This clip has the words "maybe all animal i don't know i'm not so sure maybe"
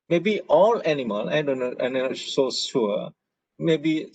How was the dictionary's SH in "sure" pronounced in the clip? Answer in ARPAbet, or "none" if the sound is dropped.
S